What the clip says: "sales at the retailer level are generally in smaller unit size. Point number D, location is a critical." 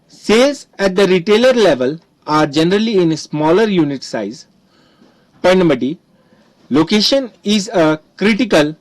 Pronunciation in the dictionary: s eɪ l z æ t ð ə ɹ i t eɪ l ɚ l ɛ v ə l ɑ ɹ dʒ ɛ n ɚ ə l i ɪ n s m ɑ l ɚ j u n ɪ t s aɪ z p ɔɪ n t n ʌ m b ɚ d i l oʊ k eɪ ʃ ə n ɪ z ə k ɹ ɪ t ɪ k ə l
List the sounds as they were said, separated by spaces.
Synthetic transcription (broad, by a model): s eɪ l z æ t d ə ɹ i t eɪ l ɚ l ɛ v ə l ɑ ɹ dʒ ɛ n ɚ ə l i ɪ n s m ɑ l ɚ j u n ɪ t s aɪ z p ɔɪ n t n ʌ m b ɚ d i l oʊ k eɪ ʃ ə n ɪ z ə k ɹ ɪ t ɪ k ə l